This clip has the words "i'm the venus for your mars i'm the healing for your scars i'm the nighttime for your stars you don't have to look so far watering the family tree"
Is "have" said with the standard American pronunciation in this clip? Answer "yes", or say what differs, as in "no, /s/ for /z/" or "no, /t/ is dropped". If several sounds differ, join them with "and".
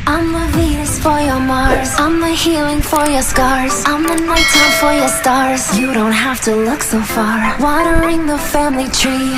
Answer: no, /f/ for /v/